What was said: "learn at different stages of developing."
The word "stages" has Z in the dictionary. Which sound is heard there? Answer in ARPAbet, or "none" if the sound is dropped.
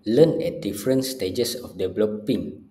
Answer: S